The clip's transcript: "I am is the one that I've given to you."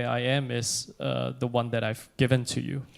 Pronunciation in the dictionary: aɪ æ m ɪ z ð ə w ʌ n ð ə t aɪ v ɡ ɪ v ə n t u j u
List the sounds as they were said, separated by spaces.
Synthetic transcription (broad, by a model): aɪ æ m ɪ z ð ə w ʌ n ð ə t aɪ v ɡ ɪ v ə n t u j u